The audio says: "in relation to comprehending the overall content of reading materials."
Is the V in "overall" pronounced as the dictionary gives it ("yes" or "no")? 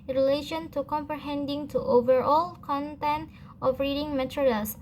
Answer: yes